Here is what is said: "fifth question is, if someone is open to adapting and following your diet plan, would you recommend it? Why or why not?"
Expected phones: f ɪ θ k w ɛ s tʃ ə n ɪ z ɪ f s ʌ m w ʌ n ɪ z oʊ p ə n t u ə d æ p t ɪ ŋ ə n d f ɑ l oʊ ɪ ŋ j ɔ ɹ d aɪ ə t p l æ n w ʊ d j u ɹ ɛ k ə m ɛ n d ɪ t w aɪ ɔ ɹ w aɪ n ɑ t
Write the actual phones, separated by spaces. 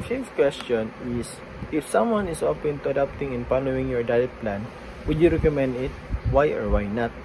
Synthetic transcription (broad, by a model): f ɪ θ k w ɛ s tʃ ə n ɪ s ɪ f s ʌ m w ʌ n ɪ s oʊ p ə n t u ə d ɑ p t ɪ ŋ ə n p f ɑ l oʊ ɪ ŋ j ɔ ɹ d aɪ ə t p l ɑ n w ʊ d j u ɹ ɛ k ə m ɛ n d ɪ t w aɪ ɔ ɹ w aɪ n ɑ t